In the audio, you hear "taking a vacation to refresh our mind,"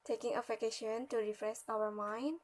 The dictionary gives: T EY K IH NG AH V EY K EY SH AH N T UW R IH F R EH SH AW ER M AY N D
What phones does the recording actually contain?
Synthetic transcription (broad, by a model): T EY K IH NG AH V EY K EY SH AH N T UW R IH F R EH S AW ER M AY N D